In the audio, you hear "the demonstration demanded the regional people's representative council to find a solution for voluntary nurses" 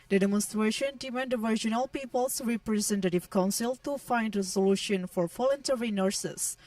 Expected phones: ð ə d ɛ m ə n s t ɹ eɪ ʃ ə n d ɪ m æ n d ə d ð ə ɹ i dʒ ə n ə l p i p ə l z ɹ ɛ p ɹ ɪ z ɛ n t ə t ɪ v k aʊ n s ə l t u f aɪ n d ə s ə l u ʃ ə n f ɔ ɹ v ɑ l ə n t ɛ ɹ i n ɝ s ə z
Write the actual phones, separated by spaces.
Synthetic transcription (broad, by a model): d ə d ɛ m ə n s t ɹ eɪ ʃ ə n d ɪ m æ n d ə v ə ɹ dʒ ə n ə l p i p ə l s ɹ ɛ p ɹ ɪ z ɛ n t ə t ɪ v k aʊ n s ə l t u f aɪ n d ə s ə l u ʃ ə n f ɔ ɹ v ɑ l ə n t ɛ ɹ i n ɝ s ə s